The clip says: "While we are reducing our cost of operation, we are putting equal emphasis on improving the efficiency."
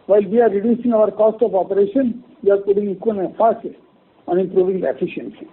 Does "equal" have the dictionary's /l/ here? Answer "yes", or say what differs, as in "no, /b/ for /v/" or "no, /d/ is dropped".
no, /n/ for /l/